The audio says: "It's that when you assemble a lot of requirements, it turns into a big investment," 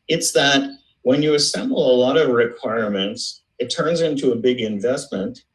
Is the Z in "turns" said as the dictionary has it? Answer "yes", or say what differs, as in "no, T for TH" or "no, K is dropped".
yes